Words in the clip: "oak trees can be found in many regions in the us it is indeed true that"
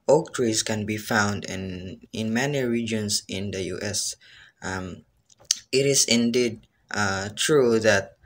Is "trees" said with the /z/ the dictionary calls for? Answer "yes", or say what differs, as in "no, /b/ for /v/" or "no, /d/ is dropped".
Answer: no, /s/ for /z/